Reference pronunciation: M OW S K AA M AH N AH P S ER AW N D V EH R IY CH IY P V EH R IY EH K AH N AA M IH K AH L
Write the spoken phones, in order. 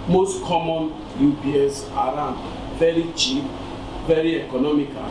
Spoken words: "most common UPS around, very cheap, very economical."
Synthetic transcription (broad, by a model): M OW S K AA M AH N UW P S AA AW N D V EH R IY CH IY P V EH R IY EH K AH N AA M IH K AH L